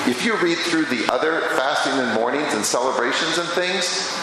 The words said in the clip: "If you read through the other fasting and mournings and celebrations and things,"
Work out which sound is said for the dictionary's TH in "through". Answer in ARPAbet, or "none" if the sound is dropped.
TH